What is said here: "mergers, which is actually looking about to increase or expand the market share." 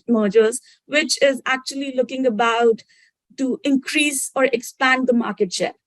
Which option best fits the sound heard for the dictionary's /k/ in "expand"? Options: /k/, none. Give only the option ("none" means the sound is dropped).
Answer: /k/